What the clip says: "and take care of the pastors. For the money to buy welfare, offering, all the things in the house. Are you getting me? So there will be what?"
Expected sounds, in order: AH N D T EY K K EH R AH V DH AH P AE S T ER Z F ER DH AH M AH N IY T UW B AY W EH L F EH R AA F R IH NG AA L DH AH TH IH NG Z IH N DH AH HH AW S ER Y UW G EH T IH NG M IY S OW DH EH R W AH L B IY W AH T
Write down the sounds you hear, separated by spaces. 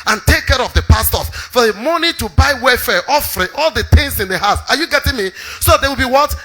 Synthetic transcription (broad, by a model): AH N T EY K K EH R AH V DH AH P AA S T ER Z F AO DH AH M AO N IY T UW B AY W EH F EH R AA F R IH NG AA L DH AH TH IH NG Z IH N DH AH HH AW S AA Y UW G EH T IH NG M IY S OW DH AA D W AH L B IY W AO T